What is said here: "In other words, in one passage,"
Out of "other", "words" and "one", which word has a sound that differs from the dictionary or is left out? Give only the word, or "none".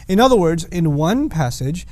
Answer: none